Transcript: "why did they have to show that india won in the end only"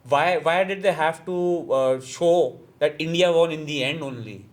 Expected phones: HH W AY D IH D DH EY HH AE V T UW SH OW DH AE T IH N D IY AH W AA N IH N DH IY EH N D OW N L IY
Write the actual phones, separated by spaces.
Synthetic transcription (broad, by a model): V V AY D IH D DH EY HH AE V T UW SH OW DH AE T IH N D IY AH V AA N IH N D IY EH N D OW N L IY